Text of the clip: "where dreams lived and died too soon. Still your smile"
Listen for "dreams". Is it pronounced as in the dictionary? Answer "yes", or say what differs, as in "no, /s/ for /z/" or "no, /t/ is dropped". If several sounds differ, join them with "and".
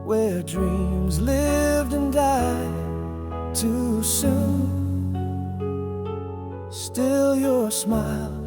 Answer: yes